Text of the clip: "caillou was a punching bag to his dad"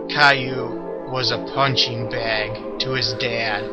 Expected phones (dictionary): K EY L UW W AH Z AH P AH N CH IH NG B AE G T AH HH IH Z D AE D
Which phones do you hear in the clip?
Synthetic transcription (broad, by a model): K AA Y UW W AH Z AH P AH N CH IH NG B AE G T AH IH Z D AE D